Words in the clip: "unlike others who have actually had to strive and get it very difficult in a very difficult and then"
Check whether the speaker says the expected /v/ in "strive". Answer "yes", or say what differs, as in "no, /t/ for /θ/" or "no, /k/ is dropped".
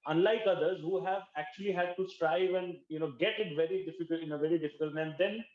yes